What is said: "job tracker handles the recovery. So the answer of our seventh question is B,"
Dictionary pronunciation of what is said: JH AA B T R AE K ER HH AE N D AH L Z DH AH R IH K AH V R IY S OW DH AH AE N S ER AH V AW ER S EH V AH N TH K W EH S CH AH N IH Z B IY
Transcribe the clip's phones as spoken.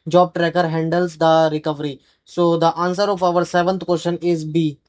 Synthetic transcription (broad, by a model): JH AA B T R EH K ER HH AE N D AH L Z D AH R IH K AH V R IY S OW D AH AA N S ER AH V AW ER S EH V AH N T K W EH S SH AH N IH Z B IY